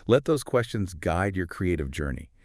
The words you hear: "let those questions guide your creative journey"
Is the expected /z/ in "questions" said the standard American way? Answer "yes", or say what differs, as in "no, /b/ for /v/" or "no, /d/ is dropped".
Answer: yes